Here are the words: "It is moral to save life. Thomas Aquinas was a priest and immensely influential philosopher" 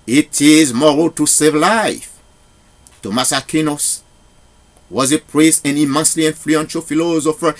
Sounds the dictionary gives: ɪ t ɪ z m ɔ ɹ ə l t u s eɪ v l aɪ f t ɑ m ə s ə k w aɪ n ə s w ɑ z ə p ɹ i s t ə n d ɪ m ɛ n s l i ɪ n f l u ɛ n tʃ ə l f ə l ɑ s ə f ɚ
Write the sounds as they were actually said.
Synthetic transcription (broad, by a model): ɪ t ɪ z m ɔ ɹ ə l t u s eɪ v l aɪ f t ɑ m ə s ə k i n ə s w ɑ z ə p ɹ i s t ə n ɪ m ɛ n s l i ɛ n f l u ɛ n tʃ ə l f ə l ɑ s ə f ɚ